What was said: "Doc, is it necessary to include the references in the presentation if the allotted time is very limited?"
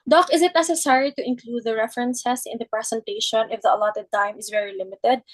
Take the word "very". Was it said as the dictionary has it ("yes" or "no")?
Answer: yes